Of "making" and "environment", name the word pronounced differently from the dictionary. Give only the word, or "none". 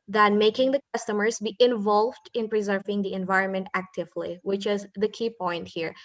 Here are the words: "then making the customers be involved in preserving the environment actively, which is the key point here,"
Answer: none